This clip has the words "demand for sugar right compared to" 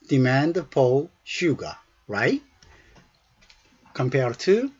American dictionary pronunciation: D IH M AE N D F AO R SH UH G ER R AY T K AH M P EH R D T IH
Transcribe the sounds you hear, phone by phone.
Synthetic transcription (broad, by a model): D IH M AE N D P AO L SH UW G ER R AY T K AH M P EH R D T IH